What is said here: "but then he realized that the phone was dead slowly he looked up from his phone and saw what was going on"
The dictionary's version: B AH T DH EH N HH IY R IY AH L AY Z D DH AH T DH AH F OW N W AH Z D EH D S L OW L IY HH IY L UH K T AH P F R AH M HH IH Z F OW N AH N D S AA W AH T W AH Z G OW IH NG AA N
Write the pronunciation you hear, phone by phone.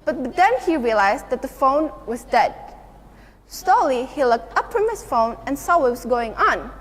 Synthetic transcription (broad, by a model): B AH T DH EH N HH IY R IY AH L AY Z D DH AH T DH AH F OW N W AH Z D EH D S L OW L IY HH IY L UH K T AH P F R AH M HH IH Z F OW N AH N S AA W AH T W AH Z G OW IH NG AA N